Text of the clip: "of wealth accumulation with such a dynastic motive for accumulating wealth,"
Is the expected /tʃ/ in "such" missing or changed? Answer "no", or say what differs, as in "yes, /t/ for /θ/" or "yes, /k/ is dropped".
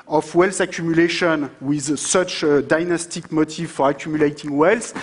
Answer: no